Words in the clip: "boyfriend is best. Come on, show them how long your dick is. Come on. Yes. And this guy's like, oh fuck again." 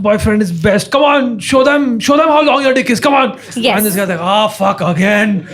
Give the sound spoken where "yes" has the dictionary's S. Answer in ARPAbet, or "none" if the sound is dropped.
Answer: none